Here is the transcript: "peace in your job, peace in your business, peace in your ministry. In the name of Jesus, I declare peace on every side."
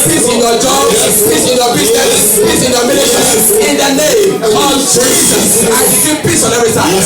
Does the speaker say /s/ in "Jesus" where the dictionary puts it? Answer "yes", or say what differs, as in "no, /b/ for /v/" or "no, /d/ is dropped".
no, /s/ is dropped